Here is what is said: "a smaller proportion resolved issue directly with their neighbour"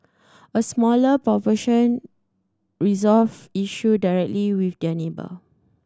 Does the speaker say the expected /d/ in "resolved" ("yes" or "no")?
no